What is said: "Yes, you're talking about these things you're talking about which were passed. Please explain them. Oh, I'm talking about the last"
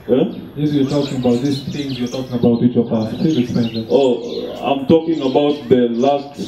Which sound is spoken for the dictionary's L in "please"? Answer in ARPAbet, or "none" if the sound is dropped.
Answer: none